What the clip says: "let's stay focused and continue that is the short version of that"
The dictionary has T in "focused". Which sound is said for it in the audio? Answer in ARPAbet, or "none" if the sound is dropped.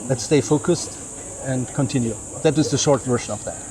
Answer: T